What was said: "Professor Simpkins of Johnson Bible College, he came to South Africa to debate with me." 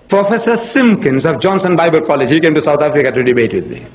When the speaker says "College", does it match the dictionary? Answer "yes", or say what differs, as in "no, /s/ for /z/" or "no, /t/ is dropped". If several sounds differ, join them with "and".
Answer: yes